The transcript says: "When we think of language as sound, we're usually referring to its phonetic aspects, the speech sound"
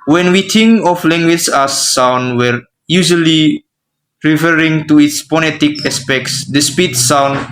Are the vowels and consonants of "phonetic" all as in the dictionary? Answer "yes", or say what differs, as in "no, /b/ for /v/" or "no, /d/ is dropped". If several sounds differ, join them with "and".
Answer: no, /p/ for /f/